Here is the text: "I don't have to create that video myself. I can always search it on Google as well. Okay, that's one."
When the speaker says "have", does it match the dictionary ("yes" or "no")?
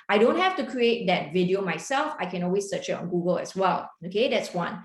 no